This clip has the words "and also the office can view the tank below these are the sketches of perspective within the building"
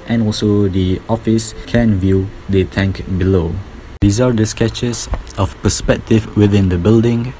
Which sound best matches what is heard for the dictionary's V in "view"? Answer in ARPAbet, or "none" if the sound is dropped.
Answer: V